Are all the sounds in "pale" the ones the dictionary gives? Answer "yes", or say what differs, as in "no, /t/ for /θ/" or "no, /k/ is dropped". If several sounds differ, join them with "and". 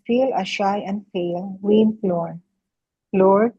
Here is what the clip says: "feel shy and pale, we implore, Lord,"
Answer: no, /f/ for /p/